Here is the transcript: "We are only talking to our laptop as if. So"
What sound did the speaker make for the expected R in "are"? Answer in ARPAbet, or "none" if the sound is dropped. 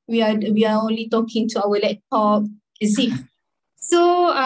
W